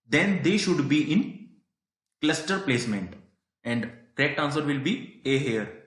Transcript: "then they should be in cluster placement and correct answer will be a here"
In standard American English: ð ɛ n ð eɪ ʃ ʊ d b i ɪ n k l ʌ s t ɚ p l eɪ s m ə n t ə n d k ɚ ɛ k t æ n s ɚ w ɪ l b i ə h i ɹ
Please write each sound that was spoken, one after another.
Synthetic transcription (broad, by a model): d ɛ n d eɪ ʃ ʊ d b i ɪ n k l ʌ s t ɚ p l eɪ s m ə n t ə n d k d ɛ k t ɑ n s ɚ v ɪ l b i ə h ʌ ɹ